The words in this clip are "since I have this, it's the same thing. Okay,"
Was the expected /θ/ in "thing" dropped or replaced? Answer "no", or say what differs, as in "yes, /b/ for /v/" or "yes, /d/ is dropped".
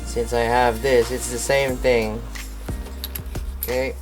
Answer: no